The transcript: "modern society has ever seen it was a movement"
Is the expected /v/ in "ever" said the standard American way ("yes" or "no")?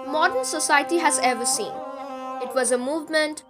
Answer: yes